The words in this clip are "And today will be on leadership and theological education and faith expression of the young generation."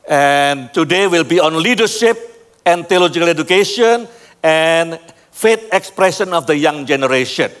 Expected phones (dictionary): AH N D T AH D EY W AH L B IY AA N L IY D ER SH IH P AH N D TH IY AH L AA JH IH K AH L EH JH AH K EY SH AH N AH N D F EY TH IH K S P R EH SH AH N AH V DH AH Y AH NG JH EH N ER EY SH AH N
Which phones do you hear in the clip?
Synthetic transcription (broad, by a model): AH N T AH D EY W AH L B IY AA N L IY D ER SH IH P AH N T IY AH L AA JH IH K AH L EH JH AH K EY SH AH N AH N F EY T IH K S P R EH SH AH N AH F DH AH Y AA NG JH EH N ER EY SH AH N